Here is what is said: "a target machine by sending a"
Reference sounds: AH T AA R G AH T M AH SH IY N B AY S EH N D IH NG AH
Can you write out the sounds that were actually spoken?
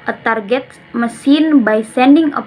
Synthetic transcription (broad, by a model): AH T AA R G AH T M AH S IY N B AY S EH N D IH NG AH